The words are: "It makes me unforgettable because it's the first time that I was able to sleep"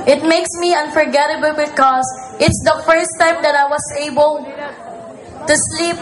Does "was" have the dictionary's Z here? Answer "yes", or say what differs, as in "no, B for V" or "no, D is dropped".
no, S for Z